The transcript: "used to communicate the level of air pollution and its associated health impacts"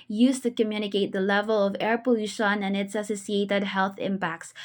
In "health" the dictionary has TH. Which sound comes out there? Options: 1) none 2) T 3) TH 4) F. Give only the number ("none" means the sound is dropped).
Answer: 3